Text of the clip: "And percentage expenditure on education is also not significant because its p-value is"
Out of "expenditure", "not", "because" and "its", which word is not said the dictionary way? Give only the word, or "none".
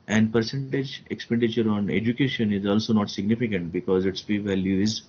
none